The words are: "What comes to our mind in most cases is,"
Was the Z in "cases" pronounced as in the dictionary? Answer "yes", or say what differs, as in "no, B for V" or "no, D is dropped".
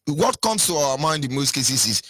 no, S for Z